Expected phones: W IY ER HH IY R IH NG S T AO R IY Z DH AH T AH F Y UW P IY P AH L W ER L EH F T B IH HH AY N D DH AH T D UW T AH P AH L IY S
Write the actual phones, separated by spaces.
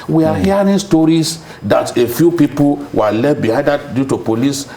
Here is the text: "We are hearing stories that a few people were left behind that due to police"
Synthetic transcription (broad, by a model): W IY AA HH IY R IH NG S T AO R IY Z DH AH T AH F Y UW P IY P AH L W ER L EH T B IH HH AY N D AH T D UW T AH P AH L IY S